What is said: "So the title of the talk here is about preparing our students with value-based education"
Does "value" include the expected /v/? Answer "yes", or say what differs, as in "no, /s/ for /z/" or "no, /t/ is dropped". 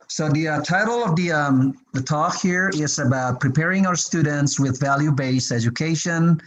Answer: yes